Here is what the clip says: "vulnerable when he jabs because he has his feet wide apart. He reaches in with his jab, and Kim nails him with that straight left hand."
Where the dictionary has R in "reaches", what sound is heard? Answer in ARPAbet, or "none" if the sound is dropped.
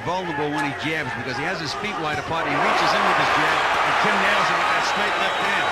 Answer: R